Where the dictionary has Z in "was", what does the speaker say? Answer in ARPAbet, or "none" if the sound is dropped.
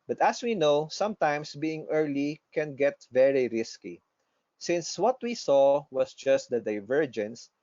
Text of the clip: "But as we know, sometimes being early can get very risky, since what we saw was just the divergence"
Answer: S